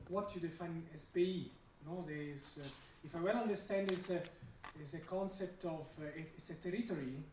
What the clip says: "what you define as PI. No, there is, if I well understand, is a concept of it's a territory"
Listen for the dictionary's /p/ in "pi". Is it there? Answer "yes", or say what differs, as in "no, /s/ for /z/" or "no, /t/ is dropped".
no, /b/ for /p/